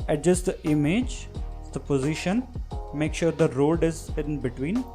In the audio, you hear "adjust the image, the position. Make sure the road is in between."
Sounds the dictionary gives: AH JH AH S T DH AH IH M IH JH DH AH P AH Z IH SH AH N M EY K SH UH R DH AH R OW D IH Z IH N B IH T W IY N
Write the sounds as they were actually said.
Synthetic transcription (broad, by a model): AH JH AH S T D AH IH M IH JH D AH P AH Z IH SH AH N M EY K SH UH R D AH R OW D IH Z IH N B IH T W IY N